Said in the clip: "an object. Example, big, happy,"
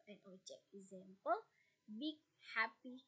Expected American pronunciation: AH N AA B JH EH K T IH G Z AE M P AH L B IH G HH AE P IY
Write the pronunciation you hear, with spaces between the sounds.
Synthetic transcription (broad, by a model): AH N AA JH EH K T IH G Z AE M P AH L B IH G HH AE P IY